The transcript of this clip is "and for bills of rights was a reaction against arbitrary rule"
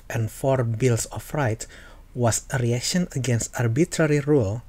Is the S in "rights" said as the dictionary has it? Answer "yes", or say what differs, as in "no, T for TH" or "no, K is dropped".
no, S is dropped